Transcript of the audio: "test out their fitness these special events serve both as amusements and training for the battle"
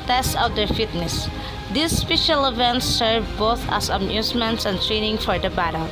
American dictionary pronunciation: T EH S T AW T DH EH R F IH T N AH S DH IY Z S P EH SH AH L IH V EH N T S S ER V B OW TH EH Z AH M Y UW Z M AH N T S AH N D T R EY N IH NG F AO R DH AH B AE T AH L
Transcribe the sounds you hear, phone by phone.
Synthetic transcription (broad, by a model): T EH S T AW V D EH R F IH T N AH S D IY S P EH SH AH L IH V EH N T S S ER V B OW TH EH S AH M Y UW S M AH N T S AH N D T R EY N IH NG F AO R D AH B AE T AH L